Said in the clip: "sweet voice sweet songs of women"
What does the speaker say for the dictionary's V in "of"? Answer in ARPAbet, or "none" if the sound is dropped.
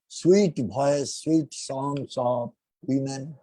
P